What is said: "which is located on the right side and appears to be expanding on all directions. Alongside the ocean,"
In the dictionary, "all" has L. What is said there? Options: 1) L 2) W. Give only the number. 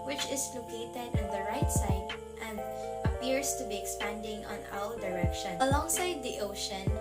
2